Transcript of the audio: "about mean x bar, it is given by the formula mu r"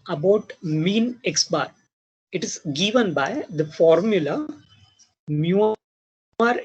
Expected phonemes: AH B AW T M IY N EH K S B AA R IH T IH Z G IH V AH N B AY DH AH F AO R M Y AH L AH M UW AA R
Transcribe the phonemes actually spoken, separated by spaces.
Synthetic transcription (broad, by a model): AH B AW T M IY N EH K S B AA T IH T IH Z G IH V AH N B AY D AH F AO R M Y AH L AH M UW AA R